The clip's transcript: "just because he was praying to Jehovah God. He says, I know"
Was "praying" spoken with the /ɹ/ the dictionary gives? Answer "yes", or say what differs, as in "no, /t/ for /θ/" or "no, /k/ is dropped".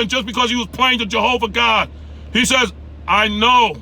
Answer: no, /l/ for /ɹ/